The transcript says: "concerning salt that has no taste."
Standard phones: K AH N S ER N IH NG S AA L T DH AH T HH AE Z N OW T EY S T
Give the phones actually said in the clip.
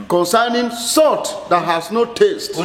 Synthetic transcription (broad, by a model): K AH N S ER N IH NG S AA T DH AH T HH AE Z N OW T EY S T